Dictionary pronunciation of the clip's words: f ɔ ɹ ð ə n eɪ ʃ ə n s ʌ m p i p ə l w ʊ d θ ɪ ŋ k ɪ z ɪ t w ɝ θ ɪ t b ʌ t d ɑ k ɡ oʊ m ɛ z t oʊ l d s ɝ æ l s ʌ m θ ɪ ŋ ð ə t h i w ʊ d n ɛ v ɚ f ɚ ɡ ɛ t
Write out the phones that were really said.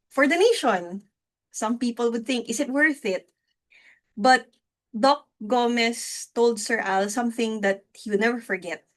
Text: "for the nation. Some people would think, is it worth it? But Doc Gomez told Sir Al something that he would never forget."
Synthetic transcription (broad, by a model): f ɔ ɹ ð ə n eɪ ʃ ə n s ʌ m p i p ə l w ʊ d θ ɪ ŋ k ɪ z ɪ t w ɝ θ ɪ t b ʌ t d ɑ k ɡ oʊ m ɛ s t oʊ l d s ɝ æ l s ʌ m θ ɪ ŋ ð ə t h i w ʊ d n ɛ v ɚ f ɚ ɡ ɛ t